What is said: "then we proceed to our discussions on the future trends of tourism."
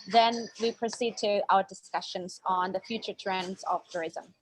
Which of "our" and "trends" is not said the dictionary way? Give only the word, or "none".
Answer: none